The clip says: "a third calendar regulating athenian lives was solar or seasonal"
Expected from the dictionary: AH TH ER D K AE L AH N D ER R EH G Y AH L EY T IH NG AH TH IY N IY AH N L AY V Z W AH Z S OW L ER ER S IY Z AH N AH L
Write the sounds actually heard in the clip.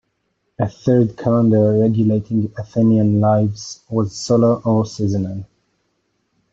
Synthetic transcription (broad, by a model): AH TH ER D K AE L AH N D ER R EH G Y AH L EY T IH NG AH TH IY N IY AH N L AY V Z W AH Z S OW L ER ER S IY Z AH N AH N